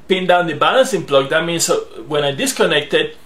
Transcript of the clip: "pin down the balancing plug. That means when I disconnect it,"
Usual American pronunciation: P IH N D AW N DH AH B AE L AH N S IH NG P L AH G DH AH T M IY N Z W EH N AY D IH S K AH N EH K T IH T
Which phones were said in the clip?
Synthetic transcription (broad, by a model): P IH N D AW N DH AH B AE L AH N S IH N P L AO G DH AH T M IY N S W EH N AY D IH S K AH N EH K T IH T